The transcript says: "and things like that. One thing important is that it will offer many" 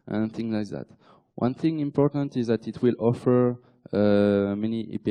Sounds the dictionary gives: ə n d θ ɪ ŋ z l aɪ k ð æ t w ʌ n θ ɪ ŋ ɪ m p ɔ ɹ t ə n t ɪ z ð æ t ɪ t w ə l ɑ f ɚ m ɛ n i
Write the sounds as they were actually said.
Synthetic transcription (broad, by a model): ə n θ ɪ ŋ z l aɪ k ð æ t w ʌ n θ ɪ ŋ ɪ m p ɔ ɹ t ə n t ɪ z ð æ t ɪ t w ə l ɑ f ɚ m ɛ n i